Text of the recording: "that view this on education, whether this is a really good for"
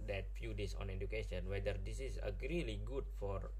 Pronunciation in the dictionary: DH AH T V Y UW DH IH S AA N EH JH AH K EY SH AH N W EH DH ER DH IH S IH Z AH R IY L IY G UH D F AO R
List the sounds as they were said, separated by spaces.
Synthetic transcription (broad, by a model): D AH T F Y UW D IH S AA N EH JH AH K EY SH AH N W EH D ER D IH S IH S AH R IY L IY G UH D F AO R